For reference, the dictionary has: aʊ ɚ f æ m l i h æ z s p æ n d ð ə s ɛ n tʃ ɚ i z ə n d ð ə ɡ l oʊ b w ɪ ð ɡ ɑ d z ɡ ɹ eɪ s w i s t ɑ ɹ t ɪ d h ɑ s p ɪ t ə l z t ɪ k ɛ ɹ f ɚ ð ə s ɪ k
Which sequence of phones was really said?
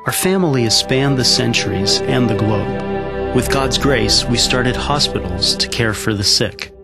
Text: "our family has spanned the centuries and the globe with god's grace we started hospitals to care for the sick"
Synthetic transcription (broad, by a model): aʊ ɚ f æ m l i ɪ s p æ n ð ə s ɛ n tʃ ɚ i z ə n ð ə ɡ l oʊ b w ɪ ð ɡ ɑ d z ɡ ɹ eɪ s w i s t ɑ ɹ t ɪ d h ɑ s p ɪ t l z t ɪ k ɛ ɹ f ɚ ð ə s ɪ k